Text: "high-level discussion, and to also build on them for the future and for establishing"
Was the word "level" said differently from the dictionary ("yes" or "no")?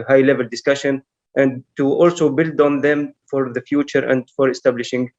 no